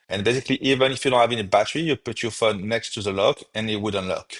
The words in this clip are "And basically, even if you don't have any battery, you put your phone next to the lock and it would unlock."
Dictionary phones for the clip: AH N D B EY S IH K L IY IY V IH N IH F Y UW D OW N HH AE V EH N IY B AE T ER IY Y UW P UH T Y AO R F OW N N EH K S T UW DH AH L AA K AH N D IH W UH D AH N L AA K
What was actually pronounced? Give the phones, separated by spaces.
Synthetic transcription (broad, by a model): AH N B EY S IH K L IY IY V IH N IH F Y UW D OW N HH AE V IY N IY B AE T ER IY Y UW P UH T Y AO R F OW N N EH K S T UW DH AH L AA K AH N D IH W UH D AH N L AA K